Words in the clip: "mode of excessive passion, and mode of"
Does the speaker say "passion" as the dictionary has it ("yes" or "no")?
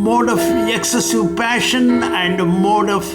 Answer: yes